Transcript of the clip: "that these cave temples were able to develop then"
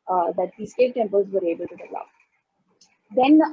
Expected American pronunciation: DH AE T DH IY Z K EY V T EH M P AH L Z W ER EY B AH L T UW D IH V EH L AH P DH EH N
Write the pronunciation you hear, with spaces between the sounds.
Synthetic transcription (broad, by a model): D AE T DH IY S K EY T T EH M P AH L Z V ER EY B AH L T UW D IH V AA AH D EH N